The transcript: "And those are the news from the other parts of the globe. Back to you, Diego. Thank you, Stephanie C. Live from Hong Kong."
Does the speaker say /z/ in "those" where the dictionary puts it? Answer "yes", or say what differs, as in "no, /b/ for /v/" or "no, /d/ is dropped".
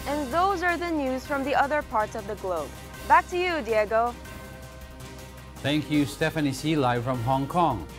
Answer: yes